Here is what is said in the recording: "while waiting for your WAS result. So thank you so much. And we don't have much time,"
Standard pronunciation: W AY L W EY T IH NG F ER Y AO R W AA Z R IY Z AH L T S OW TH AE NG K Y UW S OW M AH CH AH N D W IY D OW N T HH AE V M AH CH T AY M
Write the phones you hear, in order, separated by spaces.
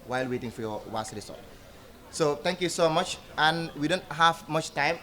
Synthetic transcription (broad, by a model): W AY L W EY T IH NG F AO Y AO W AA S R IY S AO T S OW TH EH NG K Y UW S OW M AH CH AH N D W IY D OW N T HH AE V M AH CH T AY M